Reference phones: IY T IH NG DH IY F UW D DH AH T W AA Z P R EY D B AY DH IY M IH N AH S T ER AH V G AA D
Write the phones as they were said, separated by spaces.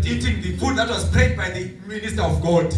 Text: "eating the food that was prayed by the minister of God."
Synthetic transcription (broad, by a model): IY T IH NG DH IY P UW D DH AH T W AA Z P EY D B AY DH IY M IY N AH S T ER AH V G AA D